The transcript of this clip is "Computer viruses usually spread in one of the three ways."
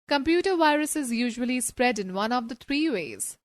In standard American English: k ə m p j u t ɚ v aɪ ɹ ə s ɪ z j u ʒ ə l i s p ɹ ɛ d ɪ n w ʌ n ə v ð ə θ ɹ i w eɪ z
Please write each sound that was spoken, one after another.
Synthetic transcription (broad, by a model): k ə m p j u t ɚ v aɪ ɹ ə s ɪ z j u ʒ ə l i s p ɹ ɛ d ɪ n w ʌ n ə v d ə t ɹ i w eɪ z